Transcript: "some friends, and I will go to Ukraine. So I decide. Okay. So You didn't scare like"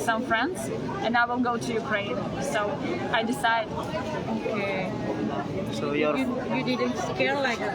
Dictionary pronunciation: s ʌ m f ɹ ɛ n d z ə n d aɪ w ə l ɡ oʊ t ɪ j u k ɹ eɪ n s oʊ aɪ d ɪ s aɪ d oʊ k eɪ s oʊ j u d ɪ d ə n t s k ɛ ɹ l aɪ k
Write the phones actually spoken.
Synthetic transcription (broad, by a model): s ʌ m f ɹ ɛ n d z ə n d aɪ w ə n ɡ oʊ t ɪ j u k ɹ eɪ n s oʊ aɪ d ɪ s aɪ d oʊ k eɪ s oʊ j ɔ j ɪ d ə n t s k ɛ ɹ l aɪ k